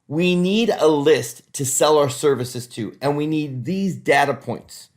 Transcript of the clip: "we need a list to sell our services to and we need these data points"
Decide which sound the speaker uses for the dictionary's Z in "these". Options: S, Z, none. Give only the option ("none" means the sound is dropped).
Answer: Z